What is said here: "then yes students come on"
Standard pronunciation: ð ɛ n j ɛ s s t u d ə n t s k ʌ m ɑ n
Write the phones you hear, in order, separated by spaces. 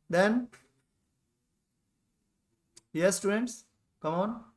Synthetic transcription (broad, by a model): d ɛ n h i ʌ s t u d ə n t s k ʌ m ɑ n